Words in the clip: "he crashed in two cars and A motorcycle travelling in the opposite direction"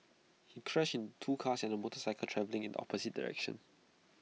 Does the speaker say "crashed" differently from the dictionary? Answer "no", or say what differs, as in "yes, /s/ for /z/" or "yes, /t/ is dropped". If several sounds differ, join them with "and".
yes, /t/ is dropped